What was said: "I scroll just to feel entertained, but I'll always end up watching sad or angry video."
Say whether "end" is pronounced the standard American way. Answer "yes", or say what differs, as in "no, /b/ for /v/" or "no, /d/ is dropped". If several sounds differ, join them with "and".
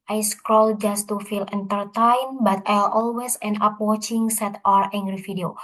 no, /d/ is dropped